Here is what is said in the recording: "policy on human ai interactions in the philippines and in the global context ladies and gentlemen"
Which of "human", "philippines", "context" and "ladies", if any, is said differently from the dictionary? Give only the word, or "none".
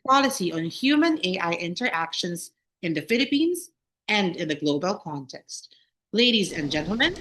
none